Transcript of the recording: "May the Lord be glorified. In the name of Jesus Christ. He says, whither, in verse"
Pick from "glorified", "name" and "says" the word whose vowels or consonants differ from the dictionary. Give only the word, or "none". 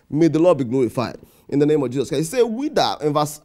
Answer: says